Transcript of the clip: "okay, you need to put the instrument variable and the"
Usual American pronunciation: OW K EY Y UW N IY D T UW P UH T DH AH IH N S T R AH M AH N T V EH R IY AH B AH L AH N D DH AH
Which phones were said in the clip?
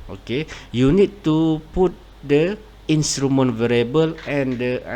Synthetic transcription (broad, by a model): OW K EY Y UW N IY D T UW P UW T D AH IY N S T R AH M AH N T V EH R IY AH B AH L AH N D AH